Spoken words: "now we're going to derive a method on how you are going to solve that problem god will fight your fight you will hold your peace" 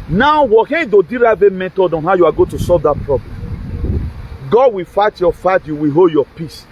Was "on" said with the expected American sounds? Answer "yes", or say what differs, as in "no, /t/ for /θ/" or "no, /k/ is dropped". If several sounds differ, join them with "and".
yes